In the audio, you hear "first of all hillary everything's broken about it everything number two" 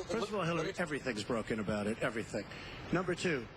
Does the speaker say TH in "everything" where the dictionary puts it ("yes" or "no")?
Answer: yes